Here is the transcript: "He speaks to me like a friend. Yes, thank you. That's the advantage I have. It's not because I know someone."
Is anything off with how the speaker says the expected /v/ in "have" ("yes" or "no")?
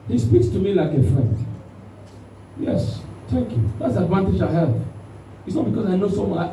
yes